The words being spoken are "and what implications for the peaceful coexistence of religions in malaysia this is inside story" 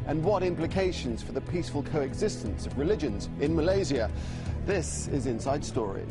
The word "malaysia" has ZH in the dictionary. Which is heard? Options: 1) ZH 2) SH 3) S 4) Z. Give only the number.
4